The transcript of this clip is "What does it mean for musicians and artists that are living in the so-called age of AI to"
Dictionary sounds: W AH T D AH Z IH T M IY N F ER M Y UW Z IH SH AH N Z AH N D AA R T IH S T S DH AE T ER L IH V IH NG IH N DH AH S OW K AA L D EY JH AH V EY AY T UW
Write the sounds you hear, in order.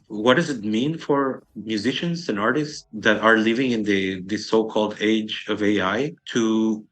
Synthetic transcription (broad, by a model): W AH T D AH Z IH T M IY N F ER M Y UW Z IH SH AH N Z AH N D AA R T IH S T S DH AE T ER L IH V IH NG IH N DH AH S OW K AA L D EY JH AH V EY AY T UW